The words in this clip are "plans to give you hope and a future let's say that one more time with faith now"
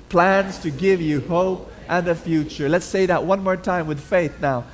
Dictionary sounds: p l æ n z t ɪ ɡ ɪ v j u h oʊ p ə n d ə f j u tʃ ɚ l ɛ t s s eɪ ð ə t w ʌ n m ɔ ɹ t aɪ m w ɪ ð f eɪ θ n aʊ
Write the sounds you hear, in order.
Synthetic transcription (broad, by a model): p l æ n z t ɪ ɡ ɪ v j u h oʊ p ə n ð ə f j u tʃ ɚ l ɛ t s s eɪ ð ə t w ʌ n m ɔ ɹ t aɪ m w ɪ ð f eɪ θ n aʊ